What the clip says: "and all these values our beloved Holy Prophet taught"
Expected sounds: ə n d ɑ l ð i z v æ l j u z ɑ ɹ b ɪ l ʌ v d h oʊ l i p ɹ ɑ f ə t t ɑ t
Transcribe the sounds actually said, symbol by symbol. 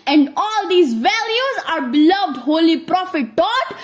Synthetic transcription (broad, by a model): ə n d ɑ l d i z v æ l j u z ɑ ɹ b ɪ l ʌ v d h oʊ l i p ɹ ɑ f ə t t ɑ t